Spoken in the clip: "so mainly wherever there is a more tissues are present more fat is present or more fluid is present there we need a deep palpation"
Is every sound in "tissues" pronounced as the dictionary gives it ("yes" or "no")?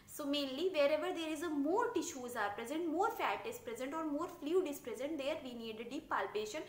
yes